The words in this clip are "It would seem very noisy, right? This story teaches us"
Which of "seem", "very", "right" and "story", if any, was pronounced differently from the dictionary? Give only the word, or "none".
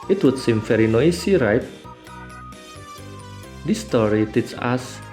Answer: very